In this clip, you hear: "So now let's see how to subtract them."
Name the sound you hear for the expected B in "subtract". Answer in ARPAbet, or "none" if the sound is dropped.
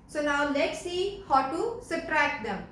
none